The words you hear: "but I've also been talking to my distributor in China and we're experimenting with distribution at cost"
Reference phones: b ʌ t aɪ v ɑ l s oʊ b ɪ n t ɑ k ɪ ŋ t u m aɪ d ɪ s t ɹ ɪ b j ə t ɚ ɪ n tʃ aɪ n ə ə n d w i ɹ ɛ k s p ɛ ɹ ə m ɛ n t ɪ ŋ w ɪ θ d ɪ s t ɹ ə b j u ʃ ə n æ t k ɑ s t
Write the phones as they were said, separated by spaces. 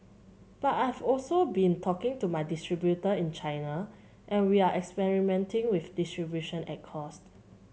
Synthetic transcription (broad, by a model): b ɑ t aɪ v ɑ l s oʊ b ɪ n t ɑ k ɪ ŋ t u m aɪ d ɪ s t ɹ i b j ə t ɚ ɪ n tʃ aɪ n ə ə n w i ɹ ɛ k s p ɛ ɹ ə m ɛ n t ɪ ŋ w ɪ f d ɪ s t ɹ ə b j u ʃ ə n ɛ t k ɑ s t